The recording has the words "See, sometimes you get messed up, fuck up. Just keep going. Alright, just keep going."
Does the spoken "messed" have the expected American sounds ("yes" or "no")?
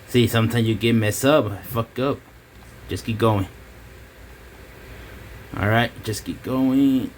no